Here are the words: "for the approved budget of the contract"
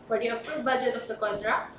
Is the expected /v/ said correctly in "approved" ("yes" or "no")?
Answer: no